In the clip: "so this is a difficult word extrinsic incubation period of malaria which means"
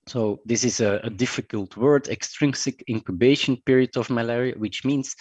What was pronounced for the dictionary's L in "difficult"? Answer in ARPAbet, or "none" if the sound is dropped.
L